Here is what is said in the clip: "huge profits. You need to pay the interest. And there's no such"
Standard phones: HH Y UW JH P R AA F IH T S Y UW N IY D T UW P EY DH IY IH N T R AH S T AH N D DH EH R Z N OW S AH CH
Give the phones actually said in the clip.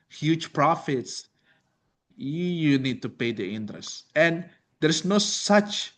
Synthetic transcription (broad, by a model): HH Y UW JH P R AA F IH T S Y UW N IY D T UW P EY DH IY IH N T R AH S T AH N D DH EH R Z N OW S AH CH